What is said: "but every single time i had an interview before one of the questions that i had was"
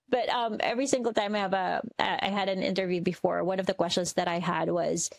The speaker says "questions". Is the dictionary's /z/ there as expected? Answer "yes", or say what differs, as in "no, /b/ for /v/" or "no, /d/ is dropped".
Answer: yes